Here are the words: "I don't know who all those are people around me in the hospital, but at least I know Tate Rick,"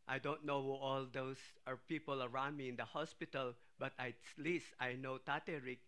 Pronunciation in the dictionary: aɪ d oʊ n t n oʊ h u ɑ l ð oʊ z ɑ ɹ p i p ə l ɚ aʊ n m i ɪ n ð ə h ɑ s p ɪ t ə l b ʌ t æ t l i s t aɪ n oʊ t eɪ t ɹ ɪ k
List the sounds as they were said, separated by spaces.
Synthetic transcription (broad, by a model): aɪ d oʊ n t n oʊ h u ɑ l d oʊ s ɑ ɹ p i p ə l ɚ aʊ m i ɪ n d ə h ɑ s p ɪ t ə l b ʌ t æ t l i s t aɪ n oʊ t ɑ t ɹ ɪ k